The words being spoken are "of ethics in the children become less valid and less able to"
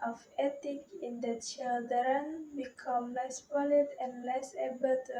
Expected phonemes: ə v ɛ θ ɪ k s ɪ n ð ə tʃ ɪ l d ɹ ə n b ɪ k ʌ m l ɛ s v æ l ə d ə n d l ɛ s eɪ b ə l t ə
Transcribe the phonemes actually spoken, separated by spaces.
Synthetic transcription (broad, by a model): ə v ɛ t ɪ k ɪ n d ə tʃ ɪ l d ɹ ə n b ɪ k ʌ m l ɛ s p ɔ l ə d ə n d l ɛ s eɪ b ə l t